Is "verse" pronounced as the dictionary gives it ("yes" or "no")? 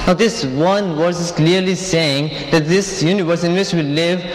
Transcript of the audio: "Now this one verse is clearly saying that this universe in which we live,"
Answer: no